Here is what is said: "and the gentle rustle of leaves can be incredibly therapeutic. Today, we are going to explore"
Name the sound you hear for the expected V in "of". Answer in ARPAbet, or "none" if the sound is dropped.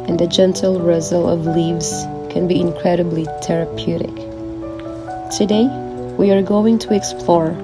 V